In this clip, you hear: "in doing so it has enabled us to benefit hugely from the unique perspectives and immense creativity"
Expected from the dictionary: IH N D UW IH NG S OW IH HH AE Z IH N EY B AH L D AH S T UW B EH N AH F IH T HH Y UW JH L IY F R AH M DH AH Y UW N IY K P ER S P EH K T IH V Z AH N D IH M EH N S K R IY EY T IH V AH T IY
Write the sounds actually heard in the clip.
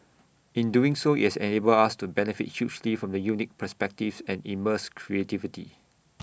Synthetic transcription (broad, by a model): IH N D UW IH NG S OW IH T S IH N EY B AH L AA S T UW B EH N AH F IH T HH Y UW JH L IY F R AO M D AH Y UW N IY K P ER S P EH K T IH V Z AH N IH M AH S K R IY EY T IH V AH T IY